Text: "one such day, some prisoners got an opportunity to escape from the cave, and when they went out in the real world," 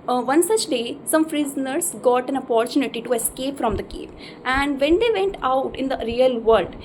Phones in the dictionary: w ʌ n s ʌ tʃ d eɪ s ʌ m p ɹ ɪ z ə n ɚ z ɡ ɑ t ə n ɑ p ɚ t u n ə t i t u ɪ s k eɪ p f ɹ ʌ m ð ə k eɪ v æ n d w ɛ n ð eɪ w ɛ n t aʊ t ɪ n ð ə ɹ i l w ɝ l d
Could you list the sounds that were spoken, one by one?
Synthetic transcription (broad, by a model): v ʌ n s ʌ tʃ d eɪ s ʌ m f ɹ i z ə n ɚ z ɡ ɑ t ə n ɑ p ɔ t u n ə t i t u ɪ s k eɪ p f ɹ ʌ m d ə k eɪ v æ n d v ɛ n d eɪ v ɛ n t aʊ t ɪ n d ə ɹ i l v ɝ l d